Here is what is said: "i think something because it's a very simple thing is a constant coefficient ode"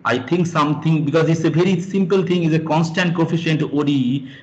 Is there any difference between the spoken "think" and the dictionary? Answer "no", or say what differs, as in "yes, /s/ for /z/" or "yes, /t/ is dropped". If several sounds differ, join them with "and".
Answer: yes, /t/ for /θ/